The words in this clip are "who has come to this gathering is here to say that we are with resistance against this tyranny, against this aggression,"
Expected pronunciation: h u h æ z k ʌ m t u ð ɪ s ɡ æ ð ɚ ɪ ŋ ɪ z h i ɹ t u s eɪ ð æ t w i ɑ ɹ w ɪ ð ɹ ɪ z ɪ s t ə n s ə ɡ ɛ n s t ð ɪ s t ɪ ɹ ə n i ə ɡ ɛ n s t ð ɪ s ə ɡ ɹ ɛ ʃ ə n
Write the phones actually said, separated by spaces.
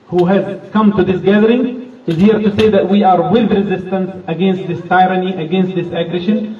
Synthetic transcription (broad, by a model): h u h æ z k ʌ m t u ð ɪ s ɡ æ ð ɚ ɪ ŋ ɪ z h i ɹ t u s eɪ ð æ t w i ɑ ɹ w ɪ ð ɹ ɪ z ɪ s t ə n s ə ɡ ɛ n s t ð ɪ s t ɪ ɹ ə n i ə ɡ ɛ n s t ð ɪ s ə ɡ ɹ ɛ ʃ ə n